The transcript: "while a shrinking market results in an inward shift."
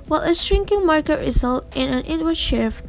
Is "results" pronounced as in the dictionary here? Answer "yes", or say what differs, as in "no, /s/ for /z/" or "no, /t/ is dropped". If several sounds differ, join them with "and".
no, /s/ is dropped